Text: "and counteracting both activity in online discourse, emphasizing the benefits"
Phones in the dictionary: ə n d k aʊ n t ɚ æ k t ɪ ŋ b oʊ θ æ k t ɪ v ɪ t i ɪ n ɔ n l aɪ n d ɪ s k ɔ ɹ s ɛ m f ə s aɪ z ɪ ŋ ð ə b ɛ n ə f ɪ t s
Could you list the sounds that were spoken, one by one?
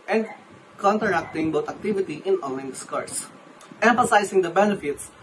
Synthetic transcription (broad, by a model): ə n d k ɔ n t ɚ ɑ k t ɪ ŋ b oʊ t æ k t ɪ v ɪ t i ɪ n ɔ n l aɪ n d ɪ s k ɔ ɹ s ɛ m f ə s aɪ s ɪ ŋ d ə b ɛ n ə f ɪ t s